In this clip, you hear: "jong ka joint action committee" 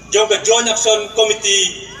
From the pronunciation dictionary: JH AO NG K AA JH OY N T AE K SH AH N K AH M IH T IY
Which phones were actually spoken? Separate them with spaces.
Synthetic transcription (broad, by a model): JH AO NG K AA JH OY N AA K S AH N K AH M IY T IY